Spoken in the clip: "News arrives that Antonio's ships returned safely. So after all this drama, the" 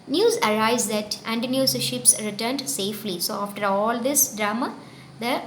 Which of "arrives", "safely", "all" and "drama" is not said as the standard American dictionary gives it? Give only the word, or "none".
arrives